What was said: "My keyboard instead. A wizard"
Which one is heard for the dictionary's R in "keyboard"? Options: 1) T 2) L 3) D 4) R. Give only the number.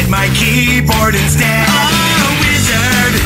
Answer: 4